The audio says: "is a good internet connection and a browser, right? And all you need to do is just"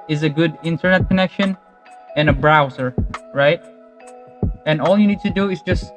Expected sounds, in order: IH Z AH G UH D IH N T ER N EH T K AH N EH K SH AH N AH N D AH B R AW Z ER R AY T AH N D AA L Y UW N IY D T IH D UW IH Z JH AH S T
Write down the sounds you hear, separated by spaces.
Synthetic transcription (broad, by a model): IH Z AH G UH D IH N T ER N EH T K AH N EH K SH AH N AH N AH B R AW Z ER R AY T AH N AA L Y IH N IY D T IH D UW IH Z JH AH S T